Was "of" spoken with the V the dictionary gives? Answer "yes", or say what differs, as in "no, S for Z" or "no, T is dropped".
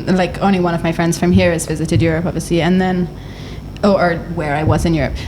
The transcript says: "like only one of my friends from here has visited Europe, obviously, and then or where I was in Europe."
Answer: yes